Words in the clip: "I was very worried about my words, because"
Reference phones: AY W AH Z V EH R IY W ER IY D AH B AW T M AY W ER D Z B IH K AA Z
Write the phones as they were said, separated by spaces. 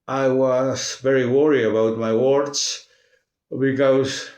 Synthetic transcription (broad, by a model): AY W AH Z V EH R IY W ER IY AH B AW T M AY W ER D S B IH K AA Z